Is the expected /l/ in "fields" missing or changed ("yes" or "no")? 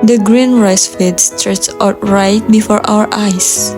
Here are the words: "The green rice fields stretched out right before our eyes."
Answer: yes